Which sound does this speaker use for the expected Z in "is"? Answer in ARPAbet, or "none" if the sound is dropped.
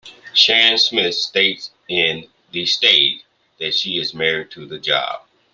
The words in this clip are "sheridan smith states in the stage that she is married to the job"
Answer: Z